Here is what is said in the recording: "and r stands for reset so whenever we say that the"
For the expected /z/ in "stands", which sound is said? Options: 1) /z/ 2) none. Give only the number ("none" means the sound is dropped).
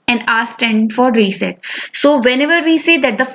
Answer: 2